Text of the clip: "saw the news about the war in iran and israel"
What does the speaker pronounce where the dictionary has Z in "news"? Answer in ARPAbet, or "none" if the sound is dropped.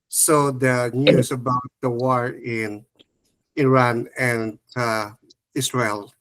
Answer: S